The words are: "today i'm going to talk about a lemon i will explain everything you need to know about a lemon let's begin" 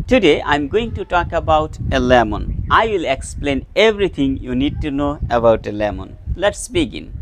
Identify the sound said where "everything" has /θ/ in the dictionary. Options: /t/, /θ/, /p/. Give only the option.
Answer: /t/